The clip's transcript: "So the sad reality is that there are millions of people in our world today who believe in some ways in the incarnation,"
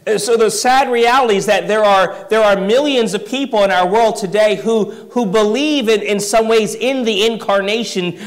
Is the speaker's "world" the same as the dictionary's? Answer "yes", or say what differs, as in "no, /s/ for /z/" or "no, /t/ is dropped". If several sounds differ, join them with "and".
yes